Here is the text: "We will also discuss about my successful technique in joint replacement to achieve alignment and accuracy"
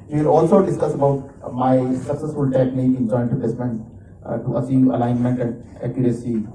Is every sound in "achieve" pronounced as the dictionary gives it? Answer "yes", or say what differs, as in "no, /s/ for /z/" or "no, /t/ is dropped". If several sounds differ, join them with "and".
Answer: no, /s/ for /tʃ/